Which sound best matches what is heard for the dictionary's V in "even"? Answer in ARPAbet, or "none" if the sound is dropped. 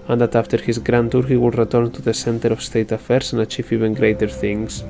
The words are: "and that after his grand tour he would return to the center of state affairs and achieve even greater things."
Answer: V